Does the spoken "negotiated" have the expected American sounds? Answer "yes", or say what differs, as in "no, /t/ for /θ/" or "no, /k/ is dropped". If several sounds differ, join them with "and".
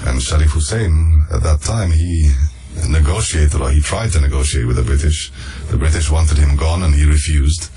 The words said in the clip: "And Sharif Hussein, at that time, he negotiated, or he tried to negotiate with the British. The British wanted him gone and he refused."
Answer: yes